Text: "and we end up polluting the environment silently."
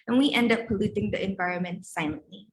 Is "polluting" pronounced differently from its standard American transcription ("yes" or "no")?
no